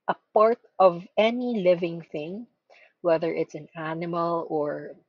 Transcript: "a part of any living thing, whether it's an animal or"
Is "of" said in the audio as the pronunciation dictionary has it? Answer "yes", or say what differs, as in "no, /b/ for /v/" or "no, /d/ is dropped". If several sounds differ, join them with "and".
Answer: yes